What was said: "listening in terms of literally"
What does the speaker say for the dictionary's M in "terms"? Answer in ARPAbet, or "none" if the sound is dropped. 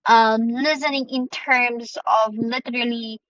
M